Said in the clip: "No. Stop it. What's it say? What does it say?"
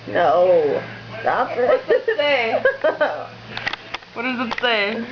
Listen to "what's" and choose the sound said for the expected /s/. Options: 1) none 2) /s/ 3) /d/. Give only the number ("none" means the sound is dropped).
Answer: 1